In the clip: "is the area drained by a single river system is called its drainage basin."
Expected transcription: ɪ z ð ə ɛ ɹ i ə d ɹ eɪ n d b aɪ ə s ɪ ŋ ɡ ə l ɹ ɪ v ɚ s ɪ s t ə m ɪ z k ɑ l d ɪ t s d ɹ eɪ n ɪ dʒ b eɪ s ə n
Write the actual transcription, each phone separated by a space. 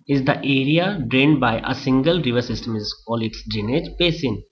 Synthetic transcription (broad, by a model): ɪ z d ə ɛ ɹ i ə d ɹ eɪ n d b aɪ ə s ɪ ŋ ɡ ə l ɹ ɪ v ɚ s ɪ s t ə m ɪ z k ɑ l ɪ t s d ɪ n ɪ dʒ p eɪ s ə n